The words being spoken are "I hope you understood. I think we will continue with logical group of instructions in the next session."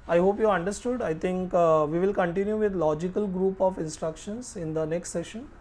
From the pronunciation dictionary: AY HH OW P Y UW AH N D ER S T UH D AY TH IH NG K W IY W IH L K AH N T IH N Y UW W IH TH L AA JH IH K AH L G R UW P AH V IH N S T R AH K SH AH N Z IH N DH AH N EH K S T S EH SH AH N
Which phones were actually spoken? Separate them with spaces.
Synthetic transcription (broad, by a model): AY HH OW P Y UW AH N D ER S T UH D AY T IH NG K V IY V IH L K AH N T IH N Y UW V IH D L AA JH IH K AH L G R UW P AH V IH N S T R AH K SH AH N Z IH N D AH N EH K S T S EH SH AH N